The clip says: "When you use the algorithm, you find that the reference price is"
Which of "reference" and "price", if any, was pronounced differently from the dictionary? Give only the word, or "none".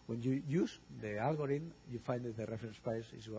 price